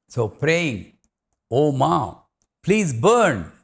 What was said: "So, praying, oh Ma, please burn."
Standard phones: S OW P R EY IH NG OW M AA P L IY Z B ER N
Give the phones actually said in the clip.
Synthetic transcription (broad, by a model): S OW P R EY IH NG OW M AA P L IY Z B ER N